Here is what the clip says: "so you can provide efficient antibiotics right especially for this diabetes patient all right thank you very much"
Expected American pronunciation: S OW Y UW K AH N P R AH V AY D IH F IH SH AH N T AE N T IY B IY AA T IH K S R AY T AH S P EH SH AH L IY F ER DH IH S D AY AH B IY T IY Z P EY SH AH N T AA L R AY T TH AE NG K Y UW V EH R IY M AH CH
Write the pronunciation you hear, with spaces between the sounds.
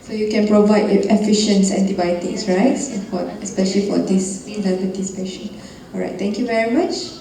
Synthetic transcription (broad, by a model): S OW Y UW K AH N P R AH V AY D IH F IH SH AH N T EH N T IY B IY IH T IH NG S R AY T AH S P EH SH AH L IY F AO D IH S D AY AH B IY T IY S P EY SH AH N AA L R AY T T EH NG K Y UW V EH R IY M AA CH